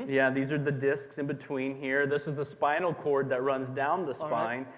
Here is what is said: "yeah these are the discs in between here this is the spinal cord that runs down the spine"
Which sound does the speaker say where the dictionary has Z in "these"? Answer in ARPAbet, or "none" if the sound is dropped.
Z